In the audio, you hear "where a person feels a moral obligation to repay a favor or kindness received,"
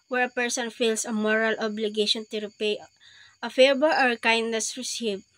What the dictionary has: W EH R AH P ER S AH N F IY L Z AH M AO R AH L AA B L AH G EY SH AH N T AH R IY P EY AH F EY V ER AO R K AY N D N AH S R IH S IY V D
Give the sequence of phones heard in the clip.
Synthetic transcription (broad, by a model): W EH R AH P ER S AH N F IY L S AH M AO R AH L AA B L AH G EY SH AH N T AH R IY P EY AH F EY B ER AO R K AY N D N AH S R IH S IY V